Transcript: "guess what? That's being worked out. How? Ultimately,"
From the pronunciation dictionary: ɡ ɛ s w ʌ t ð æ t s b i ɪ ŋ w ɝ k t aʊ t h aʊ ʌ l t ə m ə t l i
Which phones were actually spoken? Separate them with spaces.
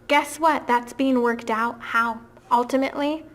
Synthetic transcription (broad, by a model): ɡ ɛ s w ʌ t ð æ t s b i ɪ ŋ w ɝ k t aʊ t h aʊ ʌ l t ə m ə t l i